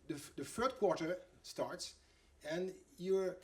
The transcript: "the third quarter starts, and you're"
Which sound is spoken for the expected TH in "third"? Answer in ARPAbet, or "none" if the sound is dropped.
F